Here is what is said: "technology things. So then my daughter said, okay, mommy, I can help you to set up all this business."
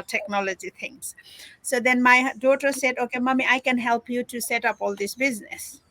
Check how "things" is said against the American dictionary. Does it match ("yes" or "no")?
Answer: no